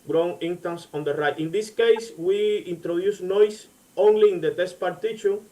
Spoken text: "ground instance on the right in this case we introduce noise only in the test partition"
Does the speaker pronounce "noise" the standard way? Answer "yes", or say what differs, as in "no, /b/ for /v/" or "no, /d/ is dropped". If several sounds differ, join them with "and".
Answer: no, /s/ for /z/